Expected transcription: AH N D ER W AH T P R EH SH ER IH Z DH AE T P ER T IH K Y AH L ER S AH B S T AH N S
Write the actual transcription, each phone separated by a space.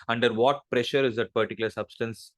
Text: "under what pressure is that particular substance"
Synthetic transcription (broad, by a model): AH N D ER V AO T P R EH SH ER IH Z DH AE T P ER T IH K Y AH L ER S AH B S T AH N S